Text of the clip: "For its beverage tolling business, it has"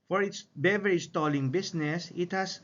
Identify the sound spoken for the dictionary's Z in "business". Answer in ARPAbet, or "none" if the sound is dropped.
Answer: S